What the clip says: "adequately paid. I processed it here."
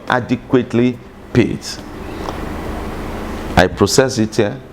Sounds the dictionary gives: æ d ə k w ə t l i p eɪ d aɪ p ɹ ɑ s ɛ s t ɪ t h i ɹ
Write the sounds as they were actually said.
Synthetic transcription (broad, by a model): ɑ d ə k w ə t l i p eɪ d aɪ p ɹ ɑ s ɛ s ɪ t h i